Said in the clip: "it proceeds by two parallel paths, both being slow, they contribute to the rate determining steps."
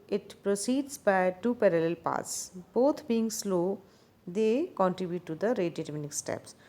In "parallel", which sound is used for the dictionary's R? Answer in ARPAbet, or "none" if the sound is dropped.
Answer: R